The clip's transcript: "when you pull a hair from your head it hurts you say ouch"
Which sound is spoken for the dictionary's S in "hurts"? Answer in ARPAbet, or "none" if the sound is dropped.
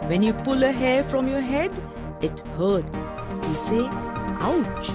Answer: none